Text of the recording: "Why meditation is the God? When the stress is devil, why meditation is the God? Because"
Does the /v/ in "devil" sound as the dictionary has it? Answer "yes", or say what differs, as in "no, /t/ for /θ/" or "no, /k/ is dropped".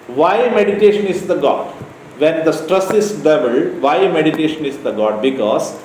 no, /b/ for /v/